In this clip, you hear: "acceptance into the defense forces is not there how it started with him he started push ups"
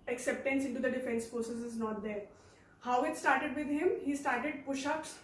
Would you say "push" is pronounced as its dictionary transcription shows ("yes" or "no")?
yes